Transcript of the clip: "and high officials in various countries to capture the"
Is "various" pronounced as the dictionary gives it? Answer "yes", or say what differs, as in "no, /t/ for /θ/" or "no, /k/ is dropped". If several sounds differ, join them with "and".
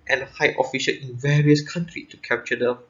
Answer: yes